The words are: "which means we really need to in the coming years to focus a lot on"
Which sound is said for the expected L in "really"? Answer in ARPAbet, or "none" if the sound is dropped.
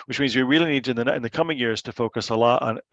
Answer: L